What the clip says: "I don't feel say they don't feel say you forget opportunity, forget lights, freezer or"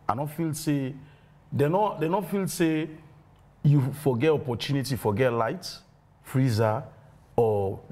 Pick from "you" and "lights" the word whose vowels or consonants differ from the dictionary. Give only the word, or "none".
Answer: lights